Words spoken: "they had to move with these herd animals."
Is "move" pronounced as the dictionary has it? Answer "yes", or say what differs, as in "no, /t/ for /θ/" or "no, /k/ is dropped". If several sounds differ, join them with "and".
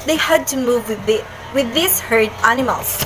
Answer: yes